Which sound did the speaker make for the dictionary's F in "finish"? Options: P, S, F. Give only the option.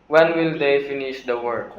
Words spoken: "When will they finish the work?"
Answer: F